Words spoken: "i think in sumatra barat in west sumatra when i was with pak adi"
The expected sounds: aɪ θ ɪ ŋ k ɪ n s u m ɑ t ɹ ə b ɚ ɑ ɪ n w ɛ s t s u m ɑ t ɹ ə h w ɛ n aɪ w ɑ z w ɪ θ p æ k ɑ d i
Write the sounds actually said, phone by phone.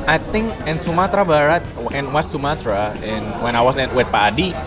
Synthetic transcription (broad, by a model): aɪ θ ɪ ŋ k ɪ n s u m ɑ t ɹ ə b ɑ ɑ ɪ n w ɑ t s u m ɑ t ɹ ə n w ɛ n aɪ w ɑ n w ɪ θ p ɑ d i